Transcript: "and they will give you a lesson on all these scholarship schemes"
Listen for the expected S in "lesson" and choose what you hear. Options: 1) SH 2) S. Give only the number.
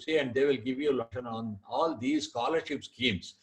1